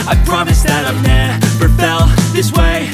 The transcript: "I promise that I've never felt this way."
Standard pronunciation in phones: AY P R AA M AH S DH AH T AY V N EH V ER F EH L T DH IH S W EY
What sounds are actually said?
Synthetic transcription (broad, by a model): AY P R AA M AH S DH AH T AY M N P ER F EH L DH IH S W EY